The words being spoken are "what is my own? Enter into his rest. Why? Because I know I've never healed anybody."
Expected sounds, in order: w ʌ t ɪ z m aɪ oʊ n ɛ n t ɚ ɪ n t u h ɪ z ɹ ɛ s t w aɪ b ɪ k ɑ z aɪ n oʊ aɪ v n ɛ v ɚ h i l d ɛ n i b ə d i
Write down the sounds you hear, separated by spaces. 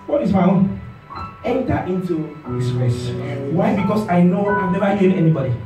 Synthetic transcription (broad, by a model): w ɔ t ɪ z m aɪ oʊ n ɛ n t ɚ ɪ n t u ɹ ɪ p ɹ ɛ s w aɪ b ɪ k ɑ s aɪ n oʊ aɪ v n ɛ v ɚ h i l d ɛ n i b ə d i